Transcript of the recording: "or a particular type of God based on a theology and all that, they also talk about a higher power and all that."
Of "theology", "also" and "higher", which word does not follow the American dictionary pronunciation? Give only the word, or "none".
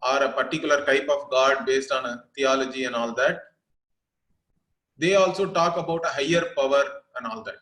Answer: theology